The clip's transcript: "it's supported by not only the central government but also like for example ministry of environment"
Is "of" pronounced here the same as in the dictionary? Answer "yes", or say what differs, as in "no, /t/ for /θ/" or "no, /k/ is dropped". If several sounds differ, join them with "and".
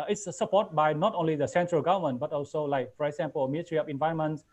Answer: no, /p/ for /v/